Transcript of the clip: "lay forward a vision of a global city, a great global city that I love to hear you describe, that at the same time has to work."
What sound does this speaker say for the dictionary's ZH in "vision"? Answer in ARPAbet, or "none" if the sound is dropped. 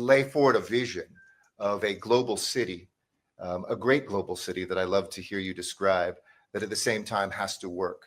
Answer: ZH